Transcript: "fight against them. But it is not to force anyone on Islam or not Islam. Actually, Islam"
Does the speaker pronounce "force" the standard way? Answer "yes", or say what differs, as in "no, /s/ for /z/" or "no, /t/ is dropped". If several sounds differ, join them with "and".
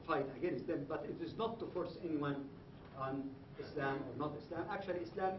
yes